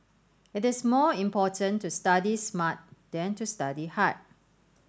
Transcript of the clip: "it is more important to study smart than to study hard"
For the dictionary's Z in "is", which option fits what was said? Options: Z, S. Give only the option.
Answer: S